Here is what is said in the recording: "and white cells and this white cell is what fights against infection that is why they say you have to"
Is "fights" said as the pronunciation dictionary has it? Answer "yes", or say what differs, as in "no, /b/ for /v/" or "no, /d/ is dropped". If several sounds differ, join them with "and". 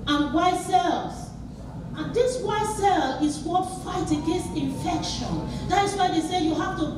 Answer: no, /s/ is dropped